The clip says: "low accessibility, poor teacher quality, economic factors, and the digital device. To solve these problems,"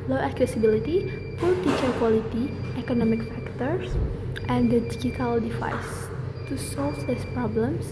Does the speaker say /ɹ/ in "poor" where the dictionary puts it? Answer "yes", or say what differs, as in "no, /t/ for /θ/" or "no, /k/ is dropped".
no, /l/ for /ɹ/